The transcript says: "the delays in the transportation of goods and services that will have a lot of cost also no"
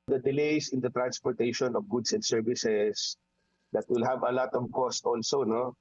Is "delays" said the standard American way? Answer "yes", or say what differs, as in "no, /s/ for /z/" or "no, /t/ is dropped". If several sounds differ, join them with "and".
no, /s/ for /z/